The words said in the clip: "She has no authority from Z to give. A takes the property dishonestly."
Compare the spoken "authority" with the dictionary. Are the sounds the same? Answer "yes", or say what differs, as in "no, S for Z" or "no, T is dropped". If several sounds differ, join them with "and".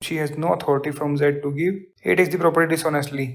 no, T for TH